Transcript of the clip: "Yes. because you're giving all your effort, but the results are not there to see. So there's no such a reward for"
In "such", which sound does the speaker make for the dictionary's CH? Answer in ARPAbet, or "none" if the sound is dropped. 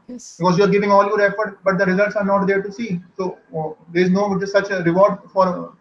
S